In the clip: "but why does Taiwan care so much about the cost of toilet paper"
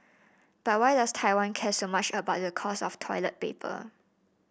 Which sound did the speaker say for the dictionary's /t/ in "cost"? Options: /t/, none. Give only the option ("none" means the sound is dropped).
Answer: none